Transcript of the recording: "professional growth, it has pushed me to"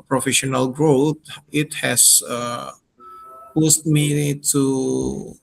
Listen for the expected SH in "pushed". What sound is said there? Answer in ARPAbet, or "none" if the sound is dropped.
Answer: S